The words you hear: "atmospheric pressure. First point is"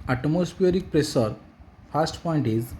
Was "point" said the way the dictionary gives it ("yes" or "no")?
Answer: yes